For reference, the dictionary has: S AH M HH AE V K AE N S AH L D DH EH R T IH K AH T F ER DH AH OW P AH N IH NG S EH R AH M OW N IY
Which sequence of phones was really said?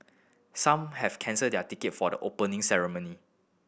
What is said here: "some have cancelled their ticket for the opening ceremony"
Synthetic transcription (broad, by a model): S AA M HH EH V K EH N S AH D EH T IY K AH T F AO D AH OW P AH N IH NG S EH R AH M OW N IY